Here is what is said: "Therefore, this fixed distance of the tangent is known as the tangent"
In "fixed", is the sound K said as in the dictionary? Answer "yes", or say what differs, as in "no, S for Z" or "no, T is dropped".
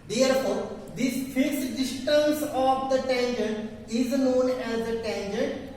no, K is dropped